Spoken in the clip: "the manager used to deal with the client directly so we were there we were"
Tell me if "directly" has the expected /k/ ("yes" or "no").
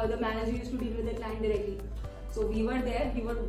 yes